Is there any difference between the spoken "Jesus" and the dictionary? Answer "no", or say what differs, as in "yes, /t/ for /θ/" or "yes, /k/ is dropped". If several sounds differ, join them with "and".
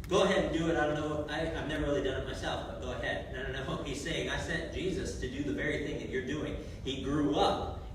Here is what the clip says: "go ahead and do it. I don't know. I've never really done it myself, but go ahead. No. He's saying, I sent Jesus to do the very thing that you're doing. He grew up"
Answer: no